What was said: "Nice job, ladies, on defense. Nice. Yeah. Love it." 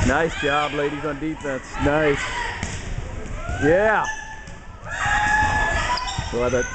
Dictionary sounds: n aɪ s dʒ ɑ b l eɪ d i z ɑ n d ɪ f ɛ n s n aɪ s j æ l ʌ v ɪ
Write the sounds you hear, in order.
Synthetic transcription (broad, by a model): n aɪ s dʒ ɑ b l eɪ d i z n d ɪ f ɛ n s n aɪ s j æ w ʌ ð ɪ